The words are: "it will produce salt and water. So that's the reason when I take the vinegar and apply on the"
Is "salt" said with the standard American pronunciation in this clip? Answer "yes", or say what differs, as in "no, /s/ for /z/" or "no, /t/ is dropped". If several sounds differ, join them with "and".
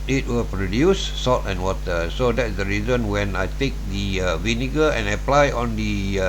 no, /l/ is dropped